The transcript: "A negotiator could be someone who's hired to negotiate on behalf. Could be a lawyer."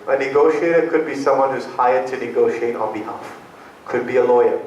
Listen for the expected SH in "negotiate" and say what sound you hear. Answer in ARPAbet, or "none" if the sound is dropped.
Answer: SH